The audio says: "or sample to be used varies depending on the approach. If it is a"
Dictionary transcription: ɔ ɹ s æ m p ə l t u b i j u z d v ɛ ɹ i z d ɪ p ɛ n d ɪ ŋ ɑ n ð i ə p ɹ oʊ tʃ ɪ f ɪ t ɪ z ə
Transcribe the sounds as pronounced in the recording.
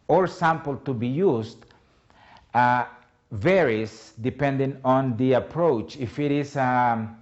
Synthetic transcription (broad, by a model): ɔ ɹ s æ m p ə l t u b i j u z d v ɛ ɹ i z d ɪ p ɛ n d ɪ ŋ ɑ n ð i ə p ɹ oʊ tʃ ɪ f ɪ t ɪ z